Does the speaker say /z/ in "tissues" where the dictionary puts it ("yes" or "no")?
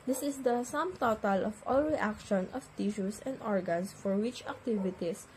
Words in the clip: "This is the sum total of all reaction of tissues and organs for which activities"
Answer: no